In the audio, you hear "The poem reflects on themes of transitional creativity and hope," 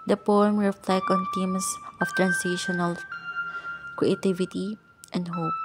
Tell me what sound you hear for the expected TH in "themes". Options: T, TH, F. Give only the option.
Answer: T